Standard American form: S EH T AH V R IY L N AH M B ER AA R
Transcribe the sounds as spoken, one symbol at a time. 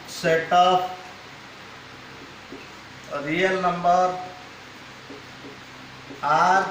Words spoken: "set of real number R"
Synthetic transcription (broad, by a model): S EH T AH P R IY L N AH M B ER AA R